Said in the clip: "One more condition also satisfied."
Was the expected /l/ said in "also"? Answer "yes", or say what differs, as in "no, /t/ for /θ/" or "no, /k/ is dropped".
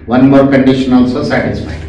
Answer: yes